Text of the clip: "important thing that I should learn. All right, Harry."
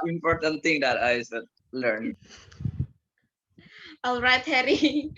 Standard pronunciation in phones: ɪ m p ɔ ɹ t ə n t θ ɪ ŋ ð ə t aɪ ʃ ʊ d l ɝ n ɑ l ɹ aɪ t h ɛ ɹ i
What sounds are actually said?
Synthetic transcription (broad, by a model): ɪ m p ɔ ɹ t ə n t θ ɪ ŋ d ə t aɪ s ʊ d l ɝ n ɑ l ɹ aɪ t h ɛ ɹ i